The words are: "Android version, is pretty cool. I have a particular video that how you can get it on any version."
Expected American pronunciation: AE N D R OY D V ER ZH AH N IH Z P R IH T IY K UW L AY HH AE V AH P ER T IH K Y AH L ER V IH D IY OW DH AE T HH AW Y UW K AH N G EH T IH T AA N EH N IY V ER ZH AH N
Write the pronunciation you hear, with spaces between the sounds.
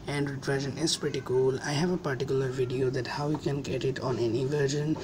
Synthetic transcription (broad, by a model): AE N D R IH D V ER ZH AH N IH Z P R IH T IY K UW L AY HH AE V AH P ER T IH K Y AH L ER V IH D IY OW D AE T HH AW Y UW K AH N G EH T IH T AA N EH N IY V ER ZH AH N